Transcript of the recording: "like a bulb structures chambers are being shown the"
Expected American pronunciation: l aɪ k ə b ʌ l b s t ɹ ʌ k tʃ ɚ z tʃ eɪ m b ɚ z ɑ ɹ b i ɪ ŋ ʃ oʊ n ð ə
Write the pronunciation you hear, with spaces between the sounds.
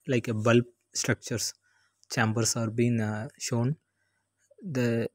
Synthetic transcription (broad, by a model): l aɪ k ə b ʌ l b s t ɹ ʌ k tʃ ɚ s tʃ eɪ m b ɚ s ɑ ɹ b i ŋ ʃ oʊ n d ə